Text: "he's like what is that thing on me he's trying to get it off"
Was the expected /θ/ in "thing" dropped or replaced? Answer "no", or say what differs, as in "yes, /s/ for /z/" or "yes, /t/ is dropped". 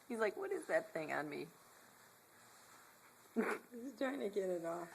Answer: no